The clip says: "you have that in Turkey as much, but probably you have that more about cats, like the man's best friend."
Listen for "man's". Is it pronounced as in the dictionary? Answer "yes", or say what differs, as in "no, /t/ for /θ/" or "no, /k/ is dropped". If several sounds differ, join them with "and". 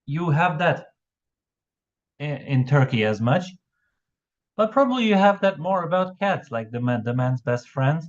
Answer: yes